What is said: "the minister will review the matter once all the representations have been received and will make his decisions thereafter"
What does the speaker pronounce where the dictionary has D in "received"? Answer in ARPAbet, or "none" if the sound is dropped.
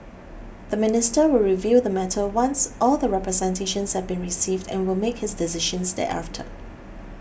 D